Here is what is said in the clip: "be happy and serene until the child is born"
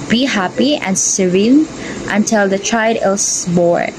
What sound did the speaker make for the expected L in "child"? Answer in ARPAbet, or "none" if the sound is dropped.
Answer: none